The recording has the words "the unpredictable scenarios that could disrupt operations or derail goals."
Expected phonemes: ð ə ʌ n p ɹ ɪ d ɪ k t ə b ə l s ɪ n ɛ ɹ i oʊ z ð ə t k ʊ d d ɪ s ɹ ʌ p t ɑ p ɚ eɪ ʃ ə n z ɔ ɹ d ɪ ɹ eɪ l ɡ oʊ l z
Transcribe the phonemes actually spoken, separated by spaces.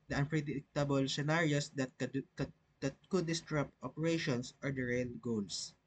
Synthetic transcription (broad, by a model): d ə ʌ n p ɹ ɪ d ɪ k t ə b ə l s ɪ n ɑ ɹ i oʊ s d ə t k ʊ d d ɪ s ɹ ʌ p t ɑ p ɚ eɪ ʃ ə n s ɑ ɹ d ɪ ɹ eɪ l ɡ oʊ l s